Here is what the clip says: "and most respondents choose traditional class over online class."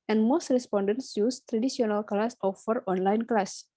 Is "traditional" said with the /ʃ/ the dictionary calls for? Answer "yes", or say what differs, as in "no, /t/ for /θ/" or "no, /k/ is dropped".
no, /s/ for /ʃ/